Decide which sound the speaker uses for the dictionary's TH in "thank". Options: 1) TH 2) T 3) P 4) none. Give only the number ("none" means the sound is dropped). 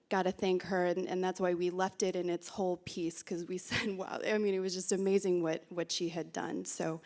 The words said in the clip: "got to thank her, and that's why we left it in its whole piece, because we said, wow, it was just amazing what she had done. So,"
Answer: 1